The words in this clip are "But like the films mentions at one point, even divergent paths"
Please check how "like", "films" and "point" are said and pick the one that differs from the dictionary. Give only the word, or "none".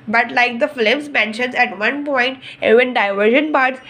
films